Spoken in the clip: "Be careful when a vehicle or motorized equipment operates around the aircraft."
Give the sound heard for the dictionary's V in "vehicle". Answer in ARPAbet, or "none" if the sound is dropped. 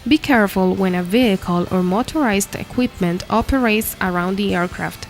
V